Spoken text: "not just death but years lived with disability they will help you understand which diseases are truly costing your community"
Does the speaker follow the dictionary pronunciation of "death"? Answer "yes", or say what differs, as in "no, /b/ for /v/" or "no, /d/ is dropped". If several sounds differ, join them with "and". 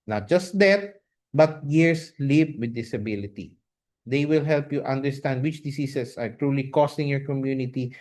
no, /t/ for /θ/